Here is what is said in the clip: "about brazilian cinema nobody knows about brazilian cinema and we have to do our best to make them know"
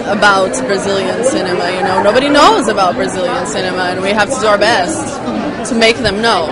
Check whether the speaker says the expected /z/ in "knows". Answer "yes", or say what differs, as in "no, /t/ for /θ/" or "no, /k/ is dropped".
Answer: yes